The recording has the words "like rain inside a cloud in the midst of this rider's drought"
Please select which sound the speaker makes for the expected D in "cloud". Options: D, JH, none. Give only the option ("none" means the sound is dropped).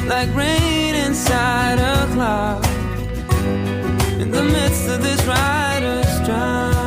none